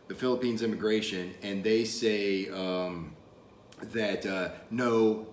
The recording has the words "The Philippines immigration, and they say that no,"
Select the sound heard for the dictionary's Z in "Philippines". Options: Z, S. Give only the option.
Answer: Z